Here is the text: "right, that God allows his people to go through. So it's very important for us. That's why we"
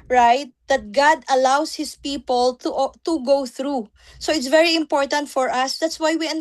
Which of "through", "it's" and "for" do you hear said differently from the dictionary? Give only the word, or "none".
none